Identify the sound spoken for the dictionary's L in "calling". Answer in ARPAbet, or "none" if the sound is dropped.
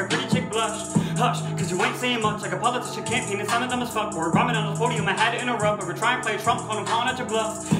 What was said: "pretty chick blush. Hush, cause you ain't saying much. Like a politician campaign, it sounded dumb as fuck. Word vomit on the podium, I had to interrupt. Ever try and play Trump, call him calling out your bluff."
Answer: N